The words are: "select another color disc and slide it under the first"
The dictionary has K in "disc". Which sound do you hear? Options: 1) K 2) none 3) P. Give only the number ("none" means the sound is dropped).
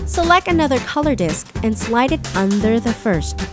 1